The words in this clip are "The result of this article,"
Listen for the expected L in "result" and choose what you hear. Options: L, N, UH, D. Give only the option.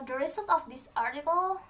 N